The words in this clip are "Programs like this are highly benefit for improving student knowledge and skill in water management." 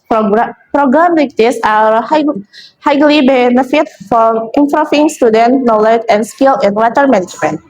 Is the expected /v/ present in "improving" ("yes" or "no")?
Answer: no